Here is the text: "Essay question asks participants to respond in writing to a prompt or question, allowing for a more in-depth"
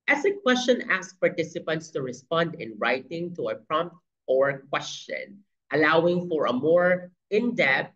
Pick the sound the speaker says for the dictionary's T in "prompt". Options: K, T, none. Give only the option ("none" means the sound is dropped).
T